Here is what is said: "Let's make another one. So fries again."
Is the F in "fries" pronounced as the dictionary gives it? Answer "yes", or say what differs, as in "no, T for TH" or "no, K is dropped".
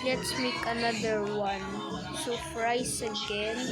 no, P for F